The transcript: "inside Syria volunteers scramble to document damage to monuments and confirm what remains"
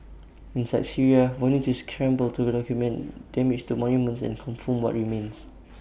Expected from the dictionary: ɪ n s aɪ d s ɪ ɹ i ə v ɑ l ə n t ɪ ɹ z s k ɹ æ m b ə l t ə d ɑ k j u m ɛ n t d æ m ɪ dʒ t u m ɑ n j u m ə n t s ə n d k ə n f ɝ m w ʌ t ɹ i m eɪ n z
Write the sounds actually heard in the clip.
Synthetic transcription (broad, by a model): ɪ n s aɪ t s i ɹ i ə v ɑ n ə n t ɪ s k ɹ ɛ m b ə l t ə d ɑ k j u m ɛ n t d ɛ m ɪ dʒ t u m ɑ n j u m ə n t s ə n k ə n f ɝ m w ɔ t ɹ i m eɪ n s